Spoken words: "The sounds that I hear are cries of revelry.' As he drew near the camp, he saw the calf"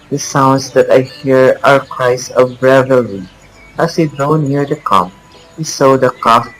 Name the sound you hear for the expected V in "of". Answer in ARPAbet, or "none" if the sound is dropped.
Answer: B